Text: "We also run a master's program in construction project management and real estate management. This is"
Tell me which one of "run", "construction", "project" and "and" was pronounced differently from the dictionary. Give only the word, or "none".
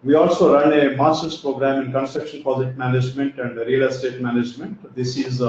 project